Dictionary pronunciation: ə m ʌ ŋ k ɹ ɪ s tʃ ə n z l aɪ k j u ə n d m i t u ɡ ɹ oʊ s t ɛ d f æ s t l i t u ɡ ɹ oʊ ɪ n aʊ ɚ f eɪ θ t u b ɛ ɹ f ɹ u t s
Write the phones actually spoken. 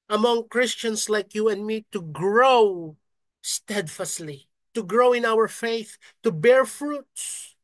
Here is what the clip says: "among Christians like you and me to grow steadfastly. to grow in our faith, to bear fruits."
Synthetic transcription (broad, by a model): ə m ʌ ŋ k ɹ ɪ s tʃ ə n s l aɪ k j u ə n d m i t u ɡ ɹ oʊ s t ɛ d f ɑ s l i t u ɡ ɹ oʊ ɪ n aʊ ɚ f eɪ θ t u b ɛ ɹ f ɹ u t s